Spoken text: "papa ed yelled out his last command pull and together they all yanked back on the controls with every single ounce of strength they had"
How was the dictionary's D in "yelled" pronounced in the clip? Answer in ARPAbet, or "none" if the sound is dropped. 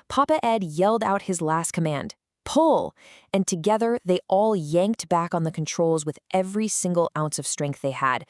D